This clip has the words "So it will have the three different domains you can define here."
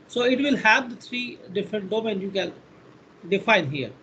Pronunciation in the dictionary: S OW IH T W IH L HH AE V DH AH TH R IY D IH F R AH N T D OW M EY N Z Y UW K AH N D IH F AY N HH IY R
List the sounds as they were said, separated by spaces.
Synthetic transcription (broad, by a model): S OW IH T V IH L HH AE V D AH T R IY D IH F R AH N T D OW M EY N Y UW K AH N D IH F AY N HH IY R